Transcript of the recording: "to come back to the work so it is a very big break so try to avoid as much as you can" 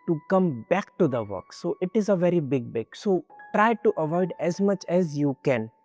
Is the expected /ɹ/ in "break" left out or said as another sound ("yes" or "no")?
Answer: yes